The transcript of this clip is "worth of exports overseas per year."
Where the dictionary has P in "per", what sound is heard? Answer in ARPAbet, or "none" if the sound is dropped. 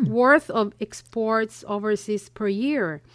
P